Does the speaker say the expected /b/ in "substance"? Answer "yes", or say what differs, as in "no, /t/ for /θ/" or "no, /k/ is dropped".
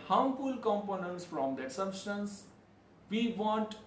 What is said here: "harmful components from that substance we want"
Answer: yes